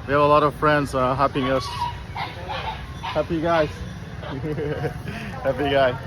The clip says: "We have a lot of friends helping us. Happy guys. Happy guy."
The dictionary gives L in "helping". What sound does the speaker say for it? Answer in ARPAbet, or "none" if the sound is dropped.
none